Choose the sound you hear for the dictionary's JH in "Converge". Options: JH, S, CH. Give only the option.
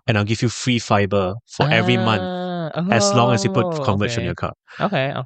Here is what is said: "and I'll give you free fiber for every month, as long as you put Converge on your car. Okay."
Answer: CH